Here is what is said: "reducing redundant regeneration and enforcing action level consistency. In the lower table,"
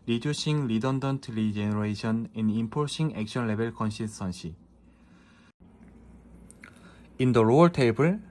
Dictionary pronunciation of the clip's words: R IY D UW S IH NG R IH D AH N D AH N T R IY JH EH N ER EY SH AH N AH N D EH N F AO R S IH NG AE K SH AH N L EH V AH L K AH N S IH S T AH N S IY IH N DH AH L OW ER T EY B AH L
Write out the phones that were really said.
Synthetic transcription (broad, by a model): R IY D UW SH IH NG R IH D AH N D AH N T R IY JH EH N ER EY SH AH N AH N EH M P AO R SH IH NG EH K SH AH N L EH B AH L K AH N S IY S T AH N SH IY IH N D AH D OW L T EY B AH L